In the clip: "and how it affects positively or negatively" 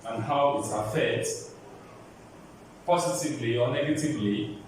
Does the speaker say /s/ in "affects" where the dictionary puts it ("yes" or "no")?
no